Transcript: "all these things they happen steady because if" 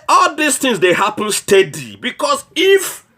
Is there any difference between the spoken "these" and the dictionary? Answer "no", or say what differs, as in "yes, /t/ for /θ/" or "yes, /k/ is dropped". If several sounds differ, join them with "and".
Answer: yes, /s/ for /z/